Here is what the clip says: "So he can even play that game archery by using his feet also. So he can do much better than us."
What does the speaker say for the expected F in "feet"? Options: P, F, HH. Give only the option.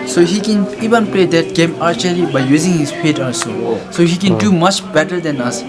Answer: P